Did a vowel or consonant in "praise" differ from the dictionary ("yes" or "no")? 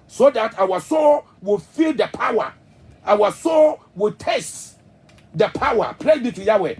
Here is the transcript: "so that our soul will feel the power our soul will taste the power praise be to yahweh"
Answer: yes